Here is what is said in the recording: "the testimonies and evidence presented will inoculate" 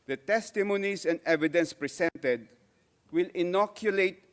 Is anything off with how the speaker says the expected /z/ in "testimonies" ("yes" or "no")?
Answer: yes